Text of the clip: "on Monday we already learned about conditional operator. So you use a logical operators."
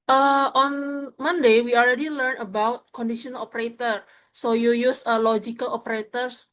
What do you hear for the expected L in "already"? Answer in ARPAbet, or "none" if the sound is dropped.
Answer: L